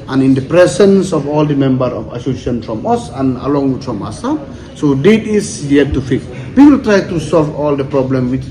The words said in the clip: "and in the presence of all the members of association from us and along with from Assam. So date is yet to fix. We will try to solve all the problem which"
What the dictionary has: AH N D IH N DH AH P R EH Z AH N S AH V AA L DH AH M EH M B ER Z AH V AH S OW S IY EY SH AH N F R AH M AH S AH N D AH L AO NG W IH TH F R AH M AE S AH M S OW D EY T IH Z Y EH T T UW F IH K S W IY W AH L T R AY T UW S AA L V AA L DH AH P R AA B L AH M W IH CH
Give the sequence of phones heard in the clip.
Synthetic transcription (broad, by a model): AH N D IH N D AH P R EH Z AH N S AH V AA L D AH M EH M B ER AH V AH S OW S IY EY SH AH N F R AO M AH S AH N AH L AO NG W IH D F R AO M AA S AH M S OW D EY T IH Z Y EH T T UW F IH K W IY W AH L T R AY T UW S AA L V AA L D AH P R AA B L AH M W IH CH